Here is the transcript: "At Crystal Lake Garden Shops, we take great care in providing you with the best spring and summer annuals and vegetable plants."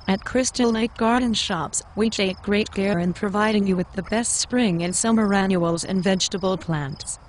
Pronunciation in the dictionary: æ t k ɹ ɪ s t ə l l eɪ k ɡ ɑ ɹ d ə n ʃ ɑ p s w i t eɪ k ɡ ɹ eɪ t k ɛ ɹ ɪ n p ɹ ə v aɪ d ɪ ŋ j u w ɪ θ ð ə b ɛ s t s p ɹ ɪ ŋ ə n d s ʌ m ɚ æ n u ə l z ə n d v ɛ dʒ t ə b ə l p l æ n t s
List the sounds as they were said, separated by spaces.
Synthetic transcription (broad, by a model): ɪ t k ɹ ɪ s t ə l n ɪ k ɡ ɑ ɹ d n ʃ ɑ p s w i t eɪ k ɡ ɹ eɪ t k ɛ ɹ ɪ n p ɹ ə v aɪ d ɪ ŋ j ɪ w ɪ ð ə b ɛ s t s p ɹ ɪ ŋ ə n s ʌ m ɚ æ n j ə l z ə n v ɛ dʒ t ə b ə l p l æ n t s